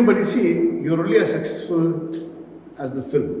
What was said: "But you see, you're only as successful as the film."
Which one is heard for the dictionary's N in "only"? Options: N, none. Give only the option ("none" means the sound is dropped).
none